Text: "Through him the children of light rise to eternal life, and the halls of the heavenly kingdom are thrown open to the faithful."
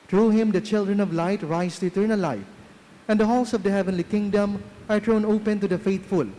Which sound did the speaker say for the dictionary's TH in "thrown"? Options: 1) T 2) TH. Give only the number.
1